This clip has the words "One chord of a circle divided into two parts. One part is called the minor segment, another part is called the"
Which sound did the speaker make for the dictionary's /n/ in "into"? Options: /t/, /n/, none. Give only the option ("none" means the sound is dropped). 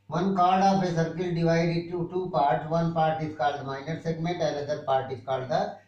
none